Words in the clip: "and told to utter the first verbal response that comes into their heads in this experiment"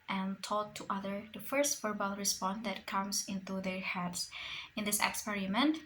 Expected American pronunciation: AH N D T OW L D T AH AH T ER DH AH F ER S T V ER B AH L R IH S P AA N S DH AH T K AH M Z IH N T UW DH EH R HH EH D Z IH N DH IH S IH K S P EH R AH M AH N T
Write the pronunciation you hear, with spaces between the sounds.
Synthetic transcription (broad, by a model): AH N T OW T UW T AH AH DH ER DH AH F ER S T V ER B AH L R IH S P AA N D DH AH T K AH M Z IH N T UW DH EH R HH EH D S IH N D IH S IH K S P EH R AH M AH N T